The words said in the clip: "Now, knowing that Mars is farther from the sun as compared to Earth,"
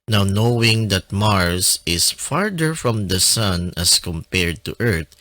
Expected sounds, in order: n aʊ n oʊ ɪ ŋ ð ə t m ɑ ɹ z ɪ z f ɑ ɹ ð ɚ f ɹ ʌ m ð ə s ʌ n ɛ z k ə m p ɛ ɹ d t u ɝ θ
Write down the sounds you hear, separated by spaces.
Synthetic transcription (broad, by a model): n aʊ n oʊ ɪ ŋ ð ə t m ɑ ɹ s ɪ s f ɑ ɹ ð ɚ f ɹ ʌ m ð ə s ʌ n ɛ s k ə m p ɛ ɹ d t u ɝ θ